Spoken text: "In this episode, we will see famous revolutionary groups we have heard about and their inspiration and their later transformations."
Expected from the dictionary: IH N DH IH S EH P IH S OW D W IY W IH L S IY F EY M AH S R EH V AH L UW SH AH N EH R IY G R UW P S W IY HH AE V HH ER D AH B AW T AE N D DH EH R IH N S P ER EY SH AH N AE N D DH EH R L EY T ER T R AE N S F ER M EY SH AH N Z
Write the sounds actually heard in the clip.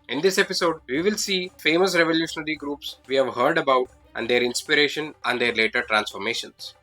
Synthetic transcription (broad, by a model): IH N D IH S EH P IH S OW D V IY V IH L S IY F EY M AH S R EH V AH L UW SH AH N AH R IY G R UW P S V IY HH AE V HH ER D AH B AW T AE N D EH R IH N S P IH EY SH AH N AE N D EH R L EY T ER T R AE N S F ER M EY SH AH N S